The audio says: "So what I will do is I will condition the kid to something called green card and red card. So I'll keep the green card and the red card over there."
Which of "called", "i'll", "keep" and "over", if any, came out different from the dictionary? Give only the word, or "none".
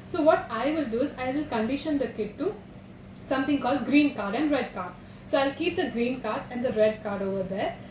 none